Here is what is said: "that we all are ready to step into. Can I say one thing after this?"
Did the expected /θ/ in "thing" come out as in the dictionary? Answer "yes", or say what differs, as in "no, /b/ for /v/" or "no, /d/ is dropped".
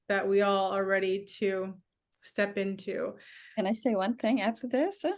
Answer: yes